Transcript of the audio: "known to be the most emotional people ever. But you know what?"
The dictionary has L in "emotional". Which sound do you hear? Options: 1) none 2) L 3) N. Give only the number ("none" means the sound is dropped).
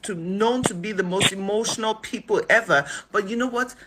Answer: 2